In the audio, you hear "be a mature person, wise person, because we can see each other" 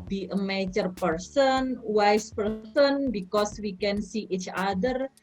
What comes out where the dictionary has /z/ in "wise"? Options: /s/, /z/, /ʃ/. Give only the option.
/s/